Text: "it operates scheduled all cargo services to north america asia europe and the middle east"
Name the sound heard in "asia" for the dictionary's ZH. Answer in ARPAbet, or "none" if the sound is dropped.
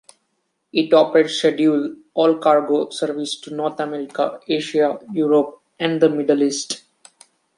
SH